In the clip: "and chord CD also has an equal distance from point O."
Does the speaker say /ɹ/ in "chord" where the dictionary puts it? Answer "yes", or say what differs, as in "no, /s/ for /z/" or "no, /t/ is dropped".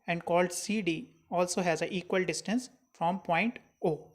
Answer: no, /l/ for /ɹ/